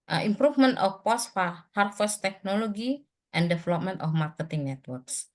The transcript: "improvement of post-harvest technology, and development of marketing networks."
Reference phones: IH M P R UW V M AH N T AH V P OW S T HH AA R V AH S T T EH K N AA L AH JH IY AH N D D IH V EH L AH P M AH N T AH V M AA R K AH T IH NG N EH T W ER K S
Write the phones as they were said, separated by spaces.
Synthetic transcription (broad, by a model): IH M P R UW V M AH N T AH F P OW S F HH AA R F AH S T T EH K N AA L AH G IY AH N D D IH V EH L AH P M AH N T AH F M AA R K AH T IH NG N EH T W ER K S